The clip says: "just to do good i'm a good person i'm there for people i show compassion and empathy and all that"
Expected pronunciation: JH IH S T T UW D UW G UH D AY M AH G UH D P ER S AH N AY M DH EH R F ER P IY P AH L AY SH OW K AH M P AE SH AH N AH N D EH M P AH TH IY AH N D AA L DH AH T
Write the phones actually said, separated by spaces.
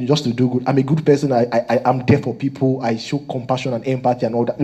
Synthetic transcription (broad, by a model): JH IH S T T UW D UW G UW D AY M AH G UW D P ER S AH N AY M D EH F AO P IY P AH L AY SH OW K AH M P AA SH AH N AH N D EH M P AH T IY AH N AA L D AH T